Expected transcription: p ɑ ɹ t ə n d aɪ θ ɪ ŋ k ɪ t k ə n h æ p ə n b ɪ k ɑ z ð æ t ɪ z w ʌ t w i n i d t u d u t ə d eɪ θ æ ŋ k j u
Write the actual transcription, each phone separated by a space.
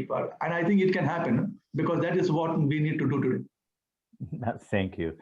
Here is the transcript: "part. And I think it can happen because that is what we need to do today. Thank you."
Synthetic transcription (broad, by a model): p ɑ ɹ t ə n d aɪ t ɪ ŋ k ɪ t k ə n h æ p ə n b ɪ k ɑ z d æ t ɪ z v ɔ t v i n i d t u d u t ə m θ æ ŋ k j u